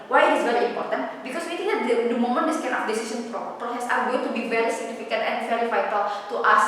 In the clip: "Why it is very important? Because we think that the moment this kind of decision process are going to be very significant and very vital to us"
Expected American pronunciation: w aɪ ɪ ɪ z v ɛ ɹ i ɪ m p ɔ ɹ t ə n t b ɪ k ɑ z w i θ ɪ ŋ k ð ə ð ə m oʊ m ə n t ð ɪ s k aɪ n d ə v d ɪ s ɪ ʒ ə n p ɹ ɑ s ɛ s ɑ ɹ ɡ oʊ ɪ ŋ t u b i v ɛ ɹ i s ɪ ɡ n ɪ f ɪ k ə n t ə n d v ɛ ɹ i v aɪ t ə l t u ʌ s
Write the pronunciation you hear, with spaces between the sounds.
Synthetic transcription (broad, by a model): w aɪ ɪ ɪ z v ɛ ɹ i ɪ m p ɔ ɹ t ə n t b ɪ k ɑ s w i t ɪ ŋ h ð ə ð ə m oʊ m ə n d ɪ s k aɪ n ə f d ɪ s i s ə n p ɹ ɑ s ɛ s ɑ ɹ ɡ oʊ ɪ ŋ t u b i v ɛ ɹ i s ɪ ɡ n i f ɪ k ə n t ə n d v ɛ ɹ i v aɪ t ə l t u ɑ s